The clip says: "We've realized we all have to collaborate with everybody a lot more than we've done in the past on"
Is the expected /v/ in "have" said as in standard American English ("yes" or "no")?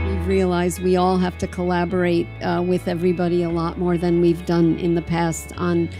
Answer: no